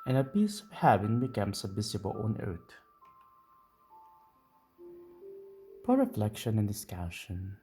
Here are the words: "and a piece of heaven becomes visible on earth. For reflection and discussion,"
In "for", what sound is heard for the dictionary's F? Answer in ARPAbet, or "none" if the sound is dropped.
P